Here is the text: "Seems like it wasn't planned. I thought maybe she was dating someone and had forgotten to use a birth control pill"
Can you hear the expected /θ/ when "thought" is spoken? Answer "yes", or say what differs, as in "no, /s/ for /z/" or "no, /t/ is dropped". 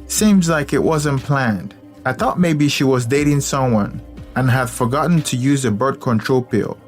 yes